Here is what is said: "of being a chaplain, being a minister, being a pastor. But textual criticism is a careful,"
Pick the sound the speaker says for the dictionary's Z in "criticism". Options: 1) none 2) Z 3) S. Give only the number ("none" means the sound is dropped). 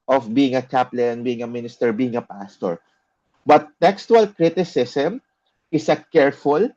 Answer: 3